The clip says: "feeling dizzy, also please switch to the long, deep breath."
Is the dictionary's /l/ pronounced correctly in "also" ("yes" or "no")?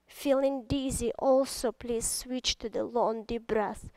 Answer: yes